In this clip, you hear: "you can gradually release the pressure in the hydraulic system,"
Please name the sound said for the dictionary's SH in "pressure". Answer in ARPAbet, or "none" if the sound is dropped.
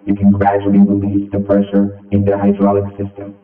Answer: SH